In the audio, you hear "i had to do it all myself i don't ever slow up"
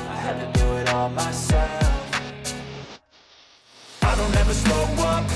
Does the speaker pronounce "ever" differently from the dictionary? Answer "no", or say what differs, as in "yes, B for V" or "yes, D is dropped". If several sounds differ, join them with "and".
no